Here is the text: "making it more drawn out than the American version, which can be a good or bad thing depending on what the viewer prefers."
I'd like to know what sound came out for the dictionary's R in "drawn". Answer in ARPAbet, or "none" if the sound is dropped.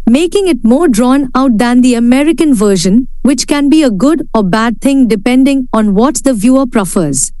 R